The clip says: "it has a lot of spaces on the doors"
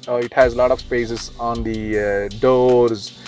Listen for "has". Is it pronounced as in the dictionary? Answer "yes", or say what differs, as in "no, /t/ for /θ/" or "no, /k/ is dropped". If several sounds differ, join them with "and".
yes